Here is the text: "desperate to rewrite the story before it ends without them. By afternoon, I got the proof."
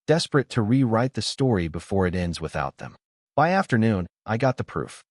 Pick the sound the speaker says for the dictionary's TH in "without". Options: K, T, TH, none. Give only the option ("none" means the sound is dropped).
TH